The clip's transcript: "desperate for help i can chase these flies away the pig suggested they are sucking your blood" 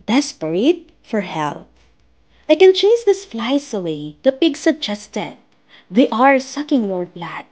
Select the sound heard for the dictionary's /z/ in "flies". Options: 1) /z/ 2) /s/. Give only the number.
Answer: 2